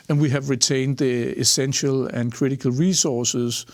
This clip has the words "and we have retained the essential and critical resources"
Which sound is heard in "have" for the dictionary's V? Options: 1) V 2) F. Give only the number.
1